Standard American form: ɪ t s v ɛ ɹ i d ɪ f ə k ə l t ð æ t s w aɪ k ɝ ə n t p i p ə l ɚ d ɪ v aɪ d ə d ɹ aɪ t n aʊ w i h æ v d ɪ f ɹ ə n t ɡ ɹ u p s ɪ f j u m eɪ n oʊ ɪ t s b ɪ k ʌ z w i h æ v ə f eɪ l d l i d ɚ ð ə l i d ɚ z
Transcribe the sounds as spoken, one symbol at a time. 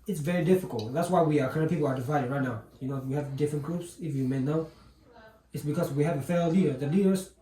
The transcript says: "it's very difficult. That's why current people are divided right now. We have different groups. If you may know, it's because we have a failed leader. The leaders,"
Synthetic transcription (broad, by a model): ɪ t s v ɛ ɹ i d ɪ f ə k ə l t ð æ t s w aɪ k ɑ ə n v p i p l ɚ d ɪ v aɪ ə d ɹ aɪ t n aʊ w i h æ v d ɪ f ɹ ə n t ɡ ɹ u p s ɪ f j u m eɪ n oʊ ɪ t s b ɪ k ʌ z w i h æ v ə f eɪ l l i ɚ ð ə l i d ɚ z